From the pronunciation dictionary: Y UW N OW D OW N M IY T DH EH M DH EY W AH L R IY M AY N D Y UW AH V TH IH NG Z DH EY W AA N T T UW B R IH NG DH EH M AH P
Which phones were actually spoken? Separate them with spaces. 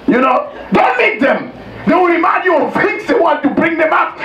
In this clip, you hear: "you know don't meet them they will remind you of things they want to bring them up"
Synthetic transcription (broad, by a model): Y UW N OW D OW N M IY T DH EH M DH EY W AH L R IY M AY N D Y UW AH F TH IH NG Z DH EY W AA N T T UW B R IH NG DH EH M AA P